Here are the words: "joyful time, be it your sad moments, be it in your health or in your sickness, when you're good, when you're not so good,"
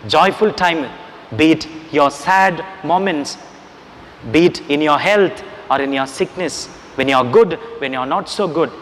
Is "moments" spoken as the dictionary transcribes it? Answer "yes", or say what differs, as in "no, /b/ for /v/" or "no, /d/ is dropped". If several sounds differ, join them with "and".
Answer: yes